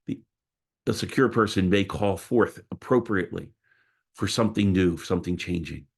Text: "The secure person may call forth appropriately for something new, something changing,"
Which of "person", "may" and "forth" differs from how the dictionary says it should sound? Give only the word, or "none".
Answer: none